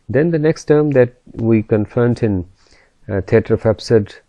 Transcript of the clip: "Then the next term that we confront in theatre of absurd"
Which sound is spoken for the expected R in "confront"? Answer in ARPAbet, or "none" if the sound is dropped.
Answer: none